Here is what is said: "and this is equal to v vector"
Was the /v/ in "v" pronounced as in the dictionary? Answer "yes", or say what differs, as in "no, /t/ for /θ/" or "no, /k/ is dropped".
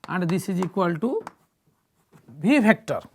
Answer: no, /b/ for /v/